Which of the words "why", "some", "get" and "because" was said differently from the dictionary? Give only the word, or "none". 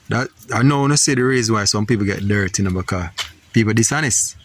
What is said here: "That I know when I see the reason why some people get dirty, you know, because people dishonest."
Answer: because